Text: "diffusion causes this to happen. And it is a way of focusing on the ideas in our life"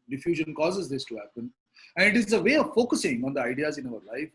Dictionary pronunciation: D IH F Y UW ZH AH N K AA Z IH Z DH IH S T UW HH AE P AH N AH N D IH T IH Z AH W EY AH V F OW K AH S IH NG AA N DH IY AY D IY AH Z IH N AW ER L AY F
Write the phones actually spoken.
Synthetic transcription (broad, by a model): D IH F Y UW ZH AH N K AA Z IH Z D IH S T UW HH AE P AH N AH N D IH T IH Z AH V EY AH V F OW K AH S IH NG AA N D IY AY D IY AH Z IH N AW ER L AY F